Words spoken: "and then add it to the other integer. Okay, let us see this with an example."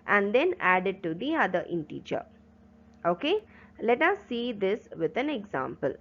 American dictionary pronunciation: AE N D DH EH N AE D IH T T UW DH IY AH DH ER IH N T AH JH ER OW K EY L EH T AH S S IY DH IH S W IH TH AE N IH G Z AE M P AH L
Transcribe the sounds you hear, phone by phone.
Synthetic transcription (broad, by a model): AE N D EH N AE D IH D T UW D IY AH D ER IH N T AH CH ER OW K EY L EH T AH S S IY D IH S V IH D AE N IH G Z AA M P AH L